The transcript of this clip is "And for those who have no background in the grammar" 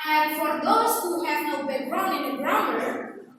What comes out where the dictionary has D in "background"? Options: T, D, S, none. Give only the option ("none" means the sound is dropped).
none